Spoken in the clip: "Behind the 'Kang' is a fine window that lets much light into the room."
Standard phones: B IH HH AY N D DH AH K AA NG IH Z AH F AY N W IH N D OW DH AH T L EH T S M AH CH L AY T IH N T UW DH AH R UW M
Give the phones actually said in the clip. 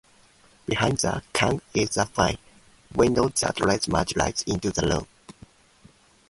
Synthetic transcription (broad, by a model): B IH HH AY N D DH AH K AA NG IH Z AH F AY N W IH N D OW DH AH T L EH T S M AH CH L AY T IH N T UW DH AH L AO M